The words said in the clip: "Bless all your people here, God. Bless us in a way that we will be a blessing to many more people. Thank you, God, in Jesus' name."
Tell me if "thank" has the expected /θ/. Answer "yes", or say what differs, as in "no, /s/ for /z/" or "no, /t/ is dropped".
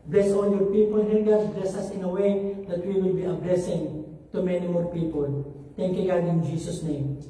no, /t/ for /θ/